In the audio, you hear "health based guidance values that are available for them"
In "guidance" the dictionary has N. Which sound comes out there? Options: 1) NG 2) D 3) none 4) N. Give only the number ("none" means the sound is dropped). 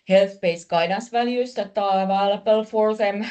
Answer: 3